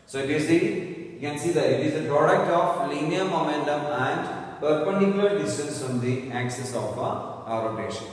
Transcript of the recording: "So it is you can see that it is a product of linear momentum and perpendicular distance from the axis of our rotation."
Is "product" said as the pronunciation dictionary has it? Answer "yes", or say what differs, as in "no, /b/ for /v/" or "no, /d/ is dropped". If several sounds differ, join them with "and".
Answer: yes